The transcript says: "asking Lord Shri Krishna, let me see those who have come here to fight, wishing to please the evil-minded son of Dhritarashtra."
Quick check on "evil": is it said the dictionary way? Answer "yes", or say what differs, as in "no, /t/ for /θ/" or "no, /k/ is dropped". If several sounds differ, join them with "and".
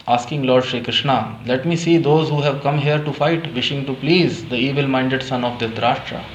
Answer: yes